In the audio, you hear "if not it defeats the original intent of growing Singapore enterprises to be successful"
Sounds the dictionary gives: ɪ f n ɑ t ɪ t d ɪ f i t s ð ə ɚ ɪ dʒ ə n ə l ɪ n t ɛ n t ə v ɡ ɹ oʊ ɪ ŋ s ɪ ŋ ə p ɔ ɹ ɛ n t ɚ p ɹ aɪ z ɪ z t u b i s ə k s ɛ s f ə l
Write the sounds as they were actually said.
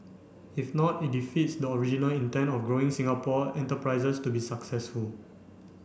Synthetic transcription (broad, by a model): ɪ f n ɑ t ɪ t d ɪ f i t s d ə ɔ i dʒ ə n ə l ɪ n t ɛ n t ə f ɡ ɹ oʊ ɪ ŋ s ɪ ŋ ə p ɔ ɛ n t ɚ p ɹ aɪ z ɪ s t u b i s ə k s ɛ s f ə l